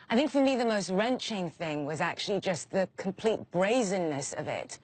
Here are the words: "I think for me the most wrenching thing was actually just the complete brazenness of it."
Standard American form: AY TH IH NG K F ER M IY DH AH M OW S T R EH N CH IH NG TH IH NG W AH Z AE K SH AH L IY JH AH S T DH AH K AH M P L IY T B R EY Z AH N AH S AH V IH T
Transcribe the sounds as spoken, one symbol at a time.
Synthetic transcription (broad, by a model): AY TH IH NG K F ER M IY DH AH M OW S T R EH N CH IH NG TH IH NG W AH Z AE K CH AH L IY JH AH S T DH AH K AH M P L IY T B R EY Z AH N AH S AH V IH T